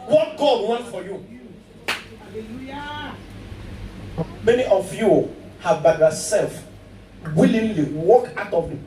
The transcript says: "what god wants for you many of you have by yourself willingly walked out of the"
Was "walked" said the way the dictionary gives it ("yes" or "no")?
no